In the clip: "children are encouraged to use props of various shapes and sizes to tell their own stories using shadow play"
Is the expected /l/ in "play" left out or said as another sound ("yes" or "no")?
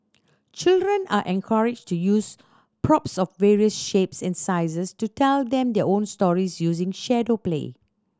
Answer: no